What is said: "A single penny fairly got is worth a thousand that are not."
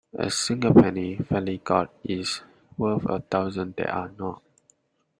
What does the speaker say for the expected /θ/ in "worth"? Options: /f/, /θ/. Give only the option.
/f/